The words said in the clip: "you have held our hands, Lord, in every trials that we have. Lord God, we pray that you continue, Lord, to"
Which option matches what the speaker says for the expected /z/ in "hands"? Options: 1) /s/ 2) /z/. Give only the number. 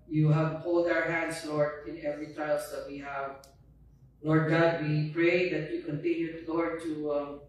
1